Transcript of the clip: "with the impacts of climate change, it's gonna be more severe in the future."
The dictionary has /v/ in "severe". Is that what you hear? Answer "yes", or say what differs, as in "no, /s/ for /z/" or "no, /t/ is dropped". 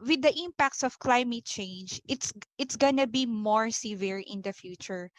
yes